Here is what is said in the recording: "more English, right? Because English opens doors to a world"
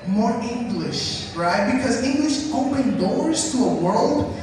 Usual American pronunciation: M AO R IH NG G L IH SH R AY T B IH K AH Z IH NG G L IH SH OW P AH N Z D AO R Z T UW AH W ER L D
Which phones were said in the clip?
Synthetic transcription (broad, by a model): M AO R IH NG G L IH SH R AY T B IH K AH Z IH NG G L IH SH OW P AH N D AO R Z T UW AH W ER L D